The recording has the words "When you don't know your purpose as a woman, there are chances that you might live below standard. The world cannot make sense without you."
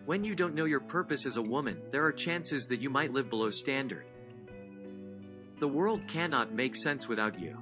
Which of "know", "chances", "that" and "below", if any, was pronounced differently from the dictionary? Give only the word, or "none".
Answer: none